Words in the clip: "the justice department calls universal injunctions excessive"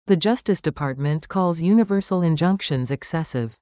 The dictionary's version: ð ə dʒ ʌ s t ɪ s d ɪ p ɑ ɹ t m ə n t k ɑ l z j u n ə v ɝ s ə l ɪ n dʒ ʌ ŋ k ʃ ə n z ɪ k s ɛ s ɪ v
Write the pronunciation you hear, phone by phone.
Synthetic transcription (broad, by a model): ð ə dʒ ʌ s t ɪ s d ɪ p ɑ ɹ t m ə n k ɑ l z j u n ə v ɝ s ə l ɪ n dʒ ʌ ŋ k ʃ ə n z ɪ k s ɛ s ɪ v